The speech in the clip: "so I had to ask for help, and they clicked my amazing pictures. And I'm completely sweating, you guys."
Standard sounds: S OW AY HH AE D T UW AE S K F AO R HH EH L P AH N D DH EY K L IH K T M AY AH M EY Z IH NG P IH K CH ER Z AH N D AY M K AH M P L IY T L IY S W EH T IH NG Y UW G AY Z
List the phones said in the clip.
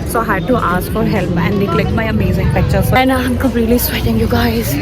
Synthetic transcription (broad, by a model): S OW HH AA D T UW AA S K F AO R HH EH L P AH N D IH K L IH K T M AY AH M EY Z IH NG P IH K CH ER S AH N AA AY M K AH M P L IY T L IY S W EH T IH NG Y UW G AY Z